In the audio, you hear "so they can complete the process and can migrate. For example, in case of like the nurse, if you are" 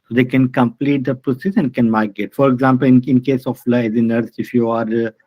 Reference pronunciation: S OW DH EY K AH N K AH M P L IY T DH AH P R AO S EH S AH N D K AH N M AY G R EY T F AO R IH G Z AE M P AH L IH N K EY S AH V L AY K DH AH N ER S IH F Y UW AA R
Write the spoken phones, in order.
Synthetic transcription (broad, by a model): S OW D EY K AH N K AH M P L IY T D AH P R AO S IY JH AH N K AH N M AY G EY T F AO R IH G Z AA M P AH L IH N K EY S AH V L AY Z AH N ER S IH F Y UW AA R